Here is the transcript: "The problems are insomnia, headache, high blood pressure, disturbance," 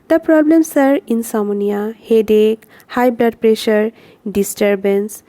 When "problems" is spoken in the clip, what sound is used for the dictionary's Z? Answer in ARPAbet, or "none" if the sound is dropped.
S